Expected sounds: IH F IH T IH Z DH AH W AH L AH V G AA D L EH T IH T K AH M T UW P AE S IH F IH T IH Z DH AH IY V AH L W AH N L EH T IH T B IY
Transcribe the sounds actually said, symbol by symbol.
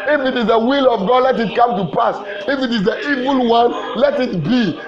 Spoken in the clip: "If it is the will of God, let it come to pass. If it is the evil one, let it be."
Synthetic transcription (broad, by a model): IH F IH T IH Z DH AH W AH L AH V G AA D L EH T IH T K AH M T UW P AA S IH F IH T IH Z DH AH IY V AH L W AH N L EH T IH T B IY